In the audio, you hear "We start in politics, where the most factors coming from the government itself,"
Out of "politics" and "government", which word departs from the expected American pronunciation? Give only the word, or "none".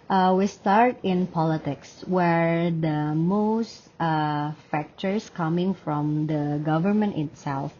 none